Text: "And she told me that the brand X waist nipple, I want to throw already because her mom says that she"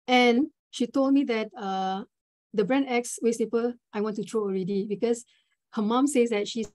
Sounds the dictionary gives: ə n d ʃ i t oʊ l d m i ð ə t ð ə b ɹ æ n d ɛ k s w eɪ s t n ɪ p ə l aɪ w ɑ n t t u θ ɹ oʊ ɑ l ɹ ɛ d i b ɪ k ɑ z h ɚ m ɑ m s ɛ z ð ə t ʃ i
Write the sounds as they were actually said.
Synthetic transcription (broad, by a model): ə n ʃ i t oʊ l d m i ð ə t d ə b ɹ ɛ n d ɛ k s w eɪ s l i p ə aɪ w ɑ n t t u t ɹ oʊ ɑ l ɹ ɛ d i b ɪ k ɑ s h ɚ m ɑ m s ɛ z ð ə t ʃ i